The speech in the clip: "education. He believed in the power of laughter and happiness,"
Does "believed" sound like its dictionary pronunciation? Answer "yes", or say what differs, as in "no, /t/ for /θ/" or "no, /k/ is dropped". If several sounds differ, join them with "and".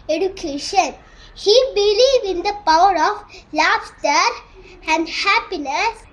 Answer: no, /d/ is dropped